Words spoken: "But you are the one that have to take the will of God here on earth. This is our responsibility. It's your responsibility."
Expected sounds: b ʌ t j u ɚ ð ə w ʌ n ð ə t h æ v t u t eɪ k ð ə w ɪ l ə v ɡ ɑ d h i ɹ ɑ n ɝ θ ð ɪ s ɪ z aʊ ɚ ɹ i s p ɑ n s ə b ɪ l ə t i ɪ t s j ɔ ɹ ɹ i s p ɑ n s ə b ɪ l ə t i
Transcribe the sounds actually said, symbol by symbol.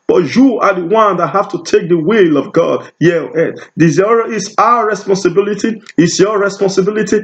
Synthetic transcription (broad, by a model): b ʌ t j u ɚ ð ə w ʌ n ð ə t h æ f t u t eɪ k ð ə w ɪ l ə v ɡ ɑ d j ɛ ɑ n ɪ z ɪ ɪ s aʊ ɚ ɹ i s p ɑ n s ə b ɪ l ə t i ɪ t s j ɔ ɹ ɹ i s p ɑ n s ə b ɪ l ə t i